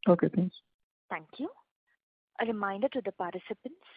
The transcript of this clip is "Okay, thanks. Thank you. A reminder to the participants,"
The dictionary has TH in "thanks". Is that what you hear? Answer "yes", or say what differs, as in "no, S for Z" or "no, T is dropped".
no, T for TH